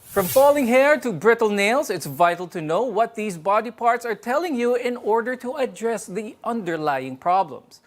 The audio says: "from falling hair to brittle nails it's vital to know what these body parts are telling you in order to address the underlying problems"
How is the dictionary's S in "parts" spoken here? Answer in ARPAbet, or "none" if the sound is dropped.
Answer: S